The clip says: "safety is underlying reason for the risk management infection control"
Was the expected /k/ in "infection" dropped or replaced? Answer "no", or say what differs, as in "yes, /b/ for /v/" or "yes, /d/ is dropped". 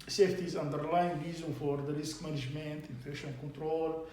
yes, /k/ is dropped